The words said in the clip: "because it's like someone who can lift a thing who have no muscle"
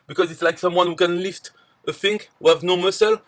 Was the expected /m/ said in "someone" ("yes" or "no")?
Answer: yes